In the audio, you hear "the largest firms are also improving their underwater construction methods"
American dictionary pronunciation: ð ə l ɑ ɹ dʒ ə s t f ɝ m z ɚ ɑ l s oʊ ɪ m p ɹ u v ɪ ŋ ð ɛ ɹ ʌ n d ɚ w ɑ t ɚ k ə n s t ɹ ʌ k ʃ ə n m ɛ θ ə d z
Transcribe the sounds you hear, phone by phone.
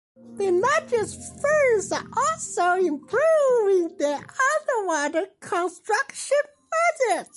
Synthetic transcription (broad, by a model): ð ə n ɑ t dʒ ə s t f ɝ z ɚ ɑ l s oʊ ɪ m p ɹ u v ɪ ŋ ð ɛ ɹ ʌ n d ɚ w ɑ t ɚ k ə n s t ɹ ʌ k ʃ ə n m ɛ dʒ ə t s